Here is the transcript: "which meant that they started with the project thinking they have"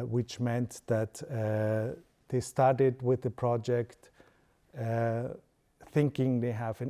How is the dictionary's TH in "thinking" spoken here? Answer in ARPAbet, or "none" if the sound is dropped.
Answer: TH